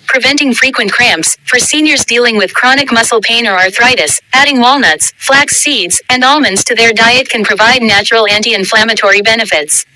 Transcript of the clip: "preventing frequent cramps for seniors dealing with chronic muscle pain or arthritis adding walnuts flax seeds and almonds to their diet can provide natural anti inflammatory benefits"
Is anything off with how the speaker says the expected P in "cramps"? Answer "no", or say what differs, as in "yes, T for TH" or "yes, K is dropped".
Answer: no